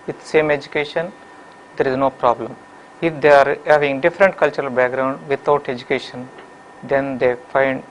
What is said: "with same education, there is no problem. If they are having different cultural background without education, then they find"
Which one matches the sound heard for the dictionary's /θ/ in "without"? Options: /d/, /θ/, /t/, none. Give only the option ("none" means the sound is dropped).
/t/